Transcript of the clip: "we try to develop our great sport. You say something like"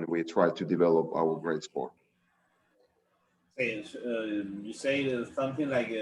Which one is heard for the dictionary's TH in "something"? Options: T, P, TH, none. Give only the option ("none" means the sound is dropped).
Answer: TH